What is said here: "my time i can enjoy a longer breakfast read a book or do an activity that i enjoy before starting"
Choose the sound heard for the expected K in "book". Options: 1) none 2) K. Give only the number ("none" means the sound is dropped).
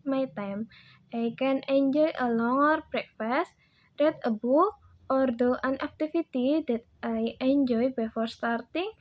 1